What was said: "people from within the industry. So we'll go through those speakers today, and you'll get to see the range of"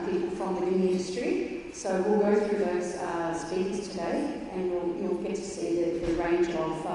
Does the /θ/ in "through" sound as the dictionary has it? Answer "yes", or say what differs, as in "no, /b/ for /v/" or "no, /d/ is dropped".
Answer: yes